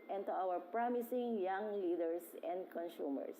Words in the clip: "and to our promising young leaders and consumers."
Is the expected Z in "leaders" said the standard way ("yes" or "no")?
no